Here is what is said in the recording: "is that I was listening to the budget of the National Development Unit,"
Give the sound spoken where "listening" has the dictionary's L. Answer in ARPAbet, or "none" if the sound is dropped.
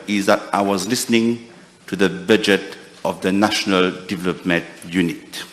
L